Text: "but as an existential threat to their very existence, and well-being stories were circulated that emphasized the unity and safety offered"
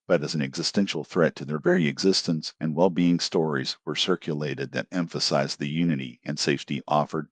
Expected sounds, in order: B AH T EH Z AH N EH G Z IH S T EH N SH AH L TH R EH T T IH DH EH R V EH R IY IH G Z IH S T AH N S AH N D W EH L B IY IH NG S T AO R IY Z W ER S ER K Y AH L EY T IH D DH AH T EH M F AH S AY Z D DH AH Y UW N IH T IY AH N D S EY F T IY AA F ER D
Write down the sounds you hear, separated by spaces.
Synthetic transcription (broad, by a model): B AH T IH Z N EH G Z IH S T EH N SH L TH R EH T T IH DH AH R V EH R IY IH G Z IH S T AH N S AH N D W EH L B IY IH NG S T AO R IY Z W ER S ER K Y AH L EY T IH D DH AH T EH M F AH S AY Z DH AH Y UW N IH T IY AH N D S EY F T IY AA F ER D